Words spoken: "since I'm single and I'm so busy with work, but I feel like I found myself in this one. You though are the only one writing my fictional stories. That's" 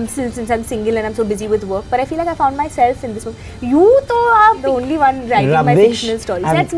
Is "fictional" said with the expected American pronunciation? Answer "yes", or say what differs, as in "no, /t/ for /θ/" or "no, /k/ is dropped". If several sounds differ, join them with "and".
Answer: no, /k/ is dropped